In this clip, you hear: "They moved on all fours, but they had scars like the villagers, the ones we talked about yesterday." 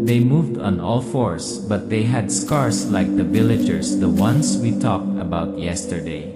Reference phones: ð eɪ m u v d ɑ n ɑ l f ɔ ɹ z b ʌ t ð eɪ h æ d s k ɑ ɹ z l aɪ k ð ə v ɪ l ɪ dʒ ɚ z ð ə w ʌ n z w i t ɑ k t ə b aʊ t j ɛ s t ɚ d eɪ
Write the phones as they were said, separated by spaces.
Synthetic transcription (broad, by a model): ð eɪ m u v d ɑ n ɑ l f ɔ ɹ s b ʌ t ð eɪ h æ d s k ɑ ɹ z l aɪ k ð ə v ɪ l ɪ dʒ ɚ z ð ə w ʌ n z w i t ɑ k t ə b aʊ t j ɛ s t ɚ d eɪ